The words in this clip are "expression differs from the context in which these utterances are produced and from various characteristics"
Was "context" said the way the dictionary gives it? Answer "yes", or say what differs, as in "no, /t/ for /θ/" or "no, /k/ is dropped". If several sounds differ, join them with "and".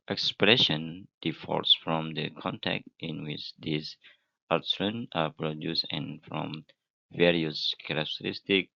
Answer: no, /s/ is dropped